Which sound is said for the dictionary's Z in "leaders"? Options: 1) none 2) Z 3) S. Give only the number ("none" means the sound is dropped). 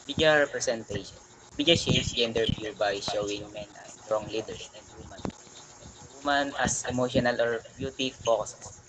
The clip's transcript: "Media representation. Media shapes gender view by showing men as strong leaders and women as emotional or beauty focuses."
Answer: 1